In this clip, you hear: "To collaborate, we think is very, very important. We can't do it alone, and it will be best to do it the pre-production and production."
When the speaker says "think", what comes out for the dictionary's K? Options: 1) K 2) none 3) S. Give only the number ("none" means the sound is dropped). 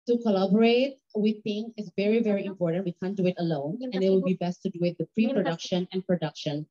2